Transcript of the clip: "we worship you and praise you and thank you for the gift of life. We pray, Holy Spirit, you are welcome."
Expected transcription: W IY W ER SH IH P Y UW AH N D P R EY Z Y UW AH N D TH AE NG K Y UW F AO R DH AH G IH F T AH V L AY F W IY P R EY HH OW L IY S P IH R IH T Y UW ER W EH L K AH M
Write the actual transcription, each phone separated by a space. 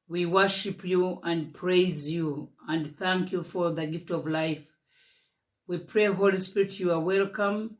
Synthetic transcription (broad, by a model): W IY W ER SH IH P Y UW AH N D P R EY Z Y UW AH N D TH AE NG K Y UW F AO R DH AH G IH F T AH V L AY F W IY P R EY HH OW L IY S P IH R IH T Y UW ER W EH L K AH M